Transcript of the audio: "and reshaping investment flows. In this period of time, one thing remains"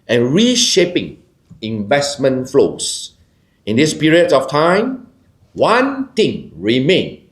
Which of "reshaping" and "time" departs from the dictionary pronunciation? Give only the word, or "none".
none